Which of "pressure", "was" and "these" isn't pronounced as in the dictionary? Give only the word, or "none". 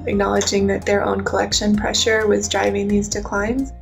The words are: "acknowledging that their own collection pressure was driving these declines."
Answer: none